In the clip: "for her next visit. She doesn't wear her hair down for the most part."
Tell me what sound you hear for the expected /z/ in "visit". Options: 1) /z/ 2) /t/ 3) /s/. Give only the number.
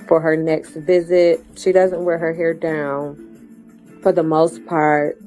1